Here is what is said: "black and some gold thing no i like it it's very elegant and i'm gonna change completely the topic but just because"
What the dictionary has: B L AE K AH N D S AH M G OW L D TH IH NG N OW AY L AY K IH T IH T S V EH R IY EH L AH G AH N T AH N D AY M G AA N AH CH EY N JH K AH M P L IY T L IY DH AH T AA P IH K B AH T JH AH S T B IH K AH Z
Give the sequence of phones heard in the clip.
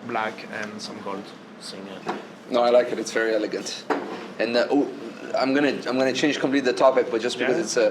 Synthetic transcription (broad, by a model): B L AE K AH N S AH M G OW L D S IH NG N OW AY L AY K IH T IH T S V EH R IY EH L AH G AH N T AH N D AY M G AA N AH CH EY N JH K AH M P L IY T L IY DH AH T AA P IH K B AH T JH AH S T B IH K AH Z